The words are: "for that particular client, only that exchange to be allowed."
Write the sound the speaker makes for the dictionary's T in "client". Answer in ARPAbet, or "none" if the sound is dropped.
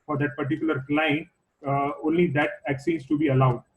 none